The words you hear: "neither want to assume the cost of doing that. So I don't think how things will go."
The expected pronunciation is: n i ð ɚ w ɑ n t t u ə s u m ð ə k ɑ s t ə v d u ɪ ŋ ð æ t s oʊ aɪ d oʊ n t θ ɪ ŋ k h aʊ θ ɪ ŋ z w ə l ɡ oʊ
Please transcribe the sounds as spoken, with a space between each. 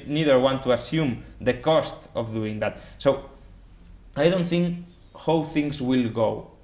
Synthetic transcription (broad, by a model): n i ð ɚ w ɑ n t t u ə s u m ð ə k ɑ s t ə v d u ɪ ŋ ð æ t s oʊ aɪ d oʊ n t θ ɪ ŋ k h aʊ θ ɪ ŋ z w ə l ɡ oʊ